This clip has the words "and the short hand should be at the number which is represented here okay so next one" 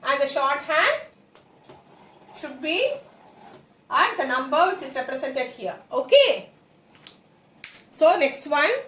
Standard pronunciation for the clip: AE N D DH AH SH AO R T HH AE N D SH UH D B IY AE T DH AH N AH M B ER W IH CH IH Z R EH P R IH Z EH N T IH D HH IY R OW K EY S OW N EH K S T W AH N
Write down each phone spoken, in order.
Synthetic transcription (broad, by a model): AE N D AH SH AO R T HH AE N D SH UH D B IY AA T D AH N AH M B ER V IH CH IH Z R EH P R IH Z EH N T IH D HH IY R OW K EY S OW N EH K S T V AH N